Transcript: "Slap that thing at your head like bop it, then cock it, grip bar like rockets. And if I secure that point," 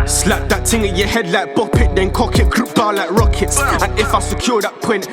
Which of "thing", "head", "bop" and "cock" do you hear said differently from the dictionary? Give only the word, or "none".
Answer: thing